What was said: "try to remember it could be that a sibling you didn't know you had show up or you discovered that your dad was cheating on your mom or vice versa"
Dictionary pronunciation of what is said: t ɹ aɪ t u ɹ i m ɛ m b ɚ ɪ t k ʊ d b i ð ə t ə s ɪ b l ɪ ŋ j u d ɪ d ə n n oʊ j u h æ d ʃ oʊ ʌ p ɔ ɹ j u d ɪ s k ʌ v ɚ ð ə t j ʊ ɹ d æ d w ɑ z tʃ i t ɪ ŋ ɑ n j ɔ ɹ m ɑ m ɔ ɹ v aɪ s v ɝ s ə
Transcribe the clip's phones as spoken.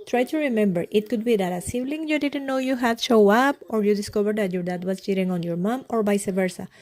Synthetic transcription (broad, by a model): t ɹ aɪ t u ɹ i m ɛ m b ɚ ɪ t k ʊ d b i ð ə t ə s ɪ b l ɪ ŋ j u d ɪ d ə n n oʊ j u h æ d ʃ oʊ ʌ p ɔ ɹ j u d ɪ s k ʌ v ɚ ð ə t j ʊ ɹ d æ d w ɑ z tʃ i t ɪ ŋ ɑ n j ɔ ɹ m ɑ m ɔ ɹ b aɪ s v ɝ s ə